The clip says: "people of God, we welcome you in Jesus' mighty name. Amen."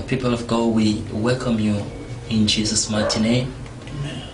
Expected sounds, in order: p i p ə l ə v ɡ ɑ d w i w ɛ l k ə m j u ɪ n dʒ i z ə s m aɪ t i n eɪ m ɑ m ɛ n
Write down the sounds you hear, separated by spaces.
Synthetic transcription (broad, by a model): p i p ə l ə v ɡ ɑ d w i w ɛ l k ə m j u ɪ n dʒ i z ə s m aɪ t i n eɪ ɑ m